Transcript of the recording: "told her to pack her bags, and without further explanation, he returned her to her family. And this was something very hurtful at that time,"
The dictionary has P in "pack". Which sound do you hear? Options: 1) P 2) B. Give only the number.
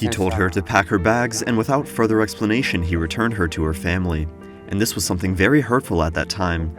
1